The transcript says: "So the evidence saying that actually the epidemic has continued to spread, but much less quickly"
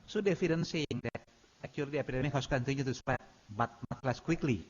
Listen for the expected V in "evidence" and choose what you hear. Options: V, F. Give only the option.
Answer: F